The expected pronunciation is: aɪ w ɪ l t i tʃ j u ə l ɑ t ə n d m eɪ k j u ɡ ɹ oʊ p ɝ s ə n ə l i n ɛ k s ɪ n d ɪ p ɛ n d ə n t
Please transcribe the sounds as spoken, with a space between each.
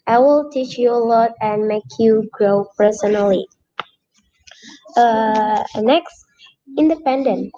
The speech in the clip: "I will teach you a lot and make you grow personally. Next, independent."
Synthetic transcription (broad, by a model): aɪ w ɪ l t i tʃ j u ə l ɑ t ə n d m eɪ k j u ɡ ɹ oʊ p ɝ s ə n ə l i n ɛ k s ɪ n d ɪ p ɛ n d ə n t